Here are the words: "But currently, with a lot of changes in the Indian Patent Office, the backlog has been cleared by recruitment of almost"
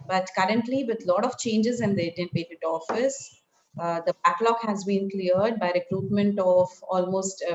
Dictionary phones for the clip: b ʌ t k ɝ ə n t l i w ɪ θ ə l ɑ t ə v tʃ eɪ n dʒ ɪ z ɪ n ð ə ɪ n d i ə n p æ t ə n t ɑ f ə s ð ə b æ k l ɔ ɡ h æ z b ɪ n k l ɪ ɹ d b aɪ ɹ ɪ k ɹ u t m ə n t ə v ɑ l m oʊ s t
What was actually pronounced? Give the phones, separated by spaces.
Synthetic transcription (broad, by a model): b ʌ t k ɝ ə n t l i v ɪ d l ɑ t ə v tʃ eɪ n dʒ ɪ z ɪ n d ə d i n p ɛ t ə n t ɑ f ə s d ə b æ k l ɔ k h æ z b ɪ n k l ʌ ɹ d b aɪ ɹ ɪ k ɹ u t m ə n t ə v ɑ l m oʊ s t